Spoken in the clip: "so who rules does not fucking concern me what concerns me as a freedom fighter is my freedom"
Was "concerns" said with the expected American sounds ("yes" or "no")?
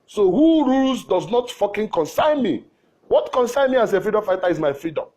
no